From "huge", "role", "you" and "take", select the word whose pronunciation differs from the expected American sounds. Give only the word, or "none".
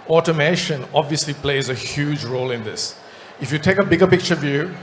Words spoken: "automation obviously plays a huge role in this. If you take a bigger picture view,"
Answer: none